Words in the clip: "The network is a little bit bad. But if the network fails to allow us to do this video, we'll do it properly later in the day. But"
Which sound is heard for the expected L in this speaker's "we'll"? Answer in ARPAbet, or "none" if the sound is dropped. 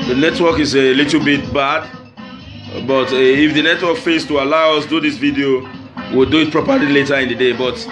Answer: L